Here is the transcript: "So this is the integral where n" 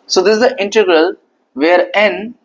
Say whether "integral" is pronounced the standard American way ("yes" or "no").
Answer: yes